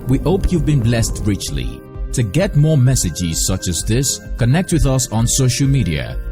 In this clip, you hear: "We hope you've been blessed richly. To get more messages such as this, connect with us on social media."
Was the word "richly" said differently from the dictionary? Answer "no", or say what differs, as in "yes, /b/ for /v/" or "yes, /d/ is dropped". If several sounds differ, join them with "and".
no